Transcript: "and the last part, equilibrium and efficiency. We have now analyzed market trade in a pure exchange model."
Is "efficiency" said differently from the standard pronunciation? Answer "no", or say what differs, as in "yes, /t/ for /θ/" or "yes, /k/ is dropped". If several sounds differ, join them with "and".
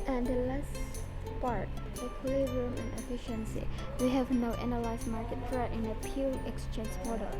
no